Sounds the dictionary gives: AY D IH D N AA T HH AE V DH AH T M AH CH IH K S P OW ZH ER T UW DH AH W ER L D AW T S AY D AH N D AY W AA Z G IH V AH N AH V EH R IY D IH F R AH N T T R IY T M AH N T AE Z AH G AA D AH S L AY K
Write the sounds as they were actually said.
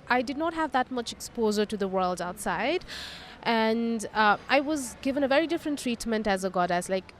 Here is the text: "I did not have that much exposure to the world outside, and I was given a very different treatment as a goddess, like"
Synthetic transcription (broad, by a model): AY D IH D N AA T HH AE V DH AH T M AH CH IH K S P OW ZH ER T UW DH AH W ER L D AW T S AY D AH N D AY W AA Z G IH V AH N AH V EH R IY D IH F R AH N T T R IY T M AH N T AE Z AH G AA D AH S L AY K